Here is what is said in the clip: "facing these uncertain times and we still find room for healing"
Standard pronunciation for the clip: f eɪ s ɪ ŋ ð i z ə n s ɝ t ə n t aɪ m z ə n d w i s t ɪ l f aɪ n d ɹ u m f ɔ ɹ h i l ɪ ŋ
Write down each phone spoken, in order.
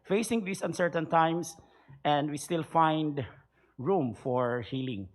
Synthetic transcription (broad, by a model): f eɪ s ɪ ŋ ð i s ə n s ɝ t ə n t aɪ m s ə n d w i s t ɪ l f aɪ n d ɹ u m f ɔ ɹ h i l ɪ ŋ